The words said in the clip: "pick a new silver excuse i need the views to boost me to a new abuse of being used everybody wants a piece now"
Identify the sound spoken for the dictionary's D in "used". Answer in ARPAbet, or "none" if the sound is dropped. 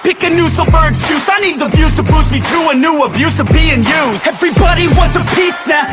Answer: none